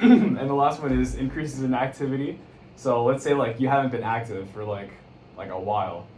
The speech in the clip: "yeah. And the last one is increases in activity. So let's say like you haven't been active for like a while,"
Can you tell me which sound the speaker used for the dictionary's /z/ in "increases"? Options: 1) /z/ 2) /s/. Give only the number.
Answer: 1